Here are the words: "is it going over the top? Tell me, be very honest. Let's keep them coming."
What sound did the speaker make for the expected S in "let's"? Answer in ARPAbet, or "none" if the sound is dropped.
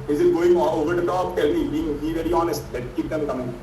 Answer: none